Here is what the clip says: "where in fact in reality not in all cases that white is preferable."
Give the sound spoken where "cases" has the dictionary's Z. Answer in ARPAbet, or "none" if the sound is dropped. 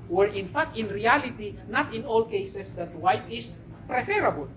S